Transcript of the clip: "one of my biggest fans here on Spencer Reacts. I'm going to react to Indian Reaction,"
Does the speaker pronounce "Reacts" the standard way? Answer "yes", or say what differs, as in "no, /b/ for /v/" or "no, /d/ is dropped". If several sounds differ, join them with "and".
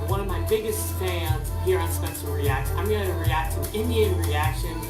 no, /s/ is dropped